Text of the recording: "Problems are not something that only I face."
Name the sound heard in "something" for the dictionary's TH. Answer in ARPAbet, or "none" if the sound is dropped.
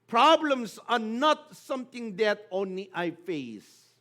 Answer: T